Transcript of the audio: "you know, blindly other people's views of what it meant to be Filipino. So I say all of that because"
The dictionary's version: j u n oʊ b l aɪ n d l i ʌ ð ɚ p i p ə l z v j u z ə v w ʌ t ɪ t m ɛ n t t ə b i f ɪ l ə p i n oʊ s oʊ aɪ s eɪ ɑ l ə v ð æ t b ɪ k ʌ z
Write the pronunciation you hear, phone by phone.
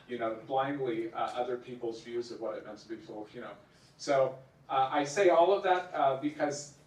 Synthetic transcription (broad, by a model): j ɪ n oʊ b l aɪ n d l i ʌ ð ɚ p i p l z v j u z ə v w ʌ t ɪ t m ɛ n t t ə b i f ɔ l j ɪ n oʊ s oʊ aɪ s eɪ ɑ l ə v ð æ t b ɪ k ʌ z